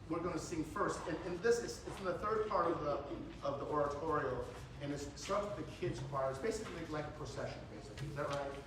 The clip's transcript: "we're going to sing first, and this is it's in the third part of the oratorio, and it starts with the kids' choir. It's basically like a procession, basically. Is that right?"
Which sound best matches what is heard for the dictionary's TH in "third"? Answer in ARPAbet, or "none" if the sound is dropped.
TH